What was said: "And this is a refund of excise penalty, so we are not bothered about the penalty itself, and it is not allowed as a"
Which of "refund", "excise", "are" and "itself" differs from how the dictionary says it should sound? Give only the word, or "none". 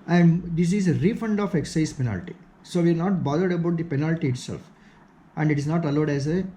none